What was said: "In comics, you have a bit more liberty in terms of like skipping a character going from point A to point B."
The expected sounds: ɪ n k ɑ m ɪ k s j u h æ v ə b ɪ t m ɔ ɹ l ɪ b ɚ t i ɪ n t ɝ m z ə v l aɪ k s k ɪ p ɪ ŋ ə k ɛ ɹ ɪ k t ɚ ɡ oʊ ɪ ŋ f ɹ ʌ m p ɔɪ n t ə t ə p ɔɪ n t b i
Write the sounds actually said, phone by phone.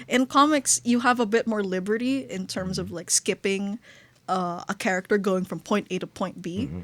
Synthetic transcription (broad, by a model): ɪ n k ɑ m ɪ k s j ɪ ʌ v ə b ɪ t m ɔ ɹ l ɪ b ɚ t i ɪ n t ɝ m z ə v l aɪ k s k ɪ p ɪ ŋ ə k ɛ ɹ ɪ k t ɚ ɡ oʊ ɪ ŋ f ɹ ʌ m p ɔɪ n t ə t ə p ɔɪ n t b i